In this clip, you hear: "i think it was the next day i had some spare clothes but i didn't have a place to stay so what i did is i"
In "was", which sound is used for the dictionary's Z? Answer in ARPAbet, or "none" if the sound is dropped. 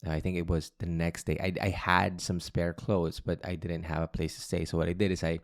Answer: Z